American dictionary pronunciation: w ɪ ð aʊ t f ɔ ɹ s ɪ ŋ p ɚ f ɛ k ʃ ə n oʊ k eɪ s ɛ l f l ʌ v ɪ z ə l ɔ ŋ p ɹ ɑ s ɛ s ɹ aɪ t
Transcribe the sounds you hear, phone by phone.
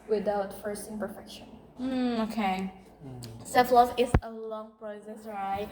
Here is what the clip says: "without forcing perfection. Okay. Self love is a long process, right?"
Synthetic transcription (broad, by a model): w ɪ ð aʊ t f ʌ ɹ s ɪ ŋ p ɚ f ɛ k ʃ ə n oʊ k eɪ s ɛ f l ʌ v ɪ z ə l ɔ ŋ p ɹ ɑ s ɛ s ɹ aɪ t